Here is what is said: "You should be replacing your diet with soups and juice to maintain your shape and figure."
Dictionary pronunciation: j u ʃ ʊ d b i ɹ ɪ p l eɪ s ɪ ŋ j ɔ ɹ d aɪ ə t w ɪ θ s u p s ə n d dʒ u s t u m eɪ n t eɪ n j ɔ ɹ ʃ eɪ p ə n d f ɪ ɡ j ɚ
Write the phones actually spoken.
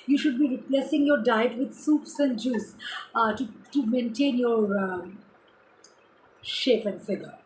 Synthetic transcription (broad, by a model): j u ʃ ʊ d b i ɹ ɪ p l eɪ s ɪ ŋ j ɔ ɹ d aɪ ə t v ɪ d s u p s ə n d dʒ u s t u m eɪ n t eɪ n j ɔ ɹ ʃ eɪ p ə n d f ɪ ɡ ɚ